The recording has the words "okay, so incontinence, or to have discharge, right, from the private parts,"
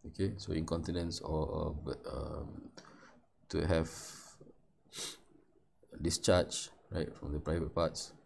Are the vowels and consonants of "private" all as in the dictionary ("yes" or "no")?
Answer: yes